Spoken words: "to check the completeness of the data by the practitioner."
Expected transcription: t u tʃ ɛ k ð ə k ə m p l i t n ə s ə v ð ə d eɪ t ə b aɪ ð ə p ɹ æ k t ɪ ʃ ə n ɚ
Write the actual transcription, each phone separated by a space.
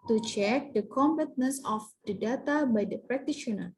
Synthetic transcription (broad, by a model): t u tʃ ɛ k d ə k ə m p i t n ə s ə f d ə d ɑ t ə b aɪ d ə p ɹ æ k t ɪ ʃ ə n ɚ